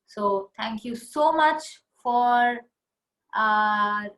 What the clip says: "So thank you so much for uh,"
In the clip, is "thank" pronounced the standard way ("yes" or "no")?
no